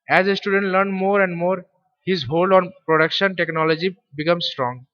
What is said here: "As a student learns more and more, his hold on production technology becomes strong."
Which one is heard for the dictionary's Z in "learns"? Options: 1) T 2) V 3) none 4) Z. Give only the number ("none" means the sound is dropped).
3